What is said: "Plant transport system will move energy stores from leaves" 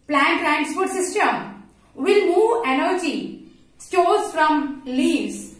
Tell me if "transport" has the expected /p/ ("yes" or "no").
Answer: no